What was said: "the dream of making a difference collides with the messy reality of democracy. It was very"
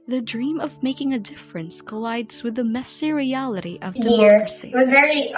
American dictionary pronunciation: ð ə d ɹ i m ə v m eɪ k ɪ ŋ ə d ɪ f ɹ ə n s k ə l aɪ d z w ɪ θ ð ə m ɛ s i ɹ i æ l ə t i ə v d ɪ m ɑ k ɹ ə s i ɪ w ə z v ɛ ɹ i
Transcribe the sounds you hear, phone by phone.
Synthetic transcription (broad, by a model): ð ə d ɹ i m ə v m eɪ k ɪ ŋ ə d ɪ f ɹ ə n s k ə l aɪ d z w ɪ ð ə m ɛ s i ɹ i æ l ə t i ə v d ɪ ʌ ɹ s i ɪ w ə z v ɛ ɹ i